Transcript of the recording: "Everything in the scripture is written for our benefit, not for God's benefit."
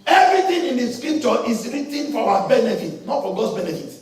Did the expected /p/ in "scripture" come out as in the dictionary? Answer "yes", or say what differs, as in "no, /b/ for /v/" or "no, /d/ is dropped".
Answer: no, /p/ is dropped